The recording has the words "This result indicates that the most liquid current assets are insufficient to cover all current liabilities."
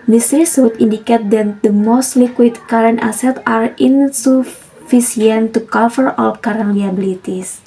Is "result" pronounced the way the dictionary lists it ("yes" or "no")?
no